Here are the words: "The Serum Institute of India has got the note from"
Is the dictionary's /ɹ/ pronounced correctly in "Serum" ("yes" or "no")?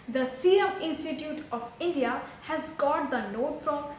no